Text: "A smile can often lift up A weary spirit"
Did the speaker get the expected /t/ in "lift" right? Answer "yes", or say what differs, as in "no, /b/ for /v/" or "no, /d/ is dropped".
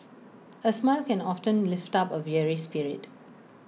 yes